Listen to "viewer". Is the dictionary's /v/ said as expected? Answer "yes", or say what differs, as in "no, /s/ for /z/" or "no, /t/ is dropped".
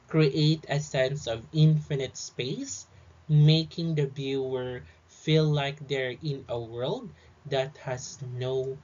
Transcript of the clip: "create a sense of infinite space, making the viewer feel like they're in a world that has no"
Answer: no, /b/ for /v/